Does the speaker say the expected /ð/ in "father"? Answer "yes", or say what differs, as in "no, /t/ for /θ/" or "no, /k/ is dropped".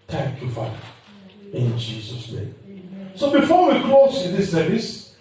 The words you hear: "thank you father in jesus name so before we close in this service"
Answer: no, /ð/ is dropped